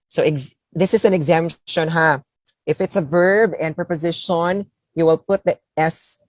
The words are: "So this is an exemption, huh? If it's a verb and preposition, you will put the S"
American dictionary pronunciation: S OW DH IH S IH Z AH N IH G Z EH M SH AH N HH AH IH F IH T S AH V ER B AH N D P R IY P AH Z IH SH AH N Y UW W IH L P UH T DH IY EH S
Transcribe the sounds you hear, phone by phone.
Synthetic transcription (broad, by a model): S OW DH IH S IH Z AH N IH G Z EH M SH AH N HH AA IH F IH T S AH V ER B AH N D P R IY P AH Z IH SH AH N Y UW W IH L P UH T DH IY EH S